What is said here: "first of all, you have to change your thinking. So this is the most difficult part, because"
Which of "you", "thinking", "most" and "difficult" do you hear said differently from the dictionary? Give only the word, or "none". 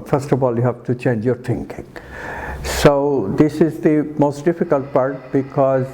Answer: thinking